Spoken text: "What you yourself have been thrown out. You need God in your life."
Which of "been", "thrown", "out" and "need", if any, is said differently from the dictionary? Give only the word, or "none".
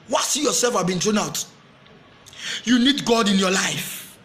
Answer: thrown